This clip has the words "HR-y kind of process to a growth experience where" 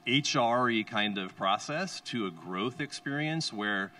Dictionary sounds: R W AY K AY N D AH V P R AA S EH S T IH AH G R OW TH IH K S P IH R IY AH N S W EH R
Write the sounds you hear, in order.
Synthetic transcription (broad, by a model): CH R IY K AY N D AH V P R AA S EH S T IH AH G R OW TH IH K S P IH R IY AH N S W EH R